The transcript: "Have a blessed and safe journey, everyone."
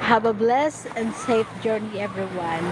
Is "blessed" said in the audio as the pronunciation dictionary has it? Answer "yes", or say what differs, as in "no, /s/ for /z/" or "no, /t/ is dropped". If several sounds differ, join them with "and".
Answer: no, /t/ is dropped